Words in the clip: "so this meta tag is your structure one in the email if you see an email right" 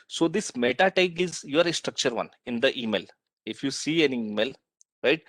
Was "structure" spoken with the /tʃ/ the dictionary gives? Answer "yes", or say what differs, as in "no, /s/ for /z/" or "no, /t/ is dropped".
yes